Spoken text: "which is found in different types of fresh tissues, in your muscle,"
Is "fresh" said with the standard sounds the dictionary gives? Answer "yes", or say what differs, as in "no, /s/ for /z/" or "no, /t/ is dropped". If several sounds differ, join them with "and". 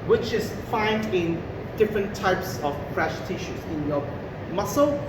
no, /p/ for /f/